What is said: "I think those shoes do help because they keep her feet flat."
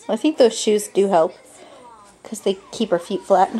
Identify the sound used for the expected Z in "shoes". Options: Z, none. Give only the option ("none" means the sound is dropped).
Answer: Z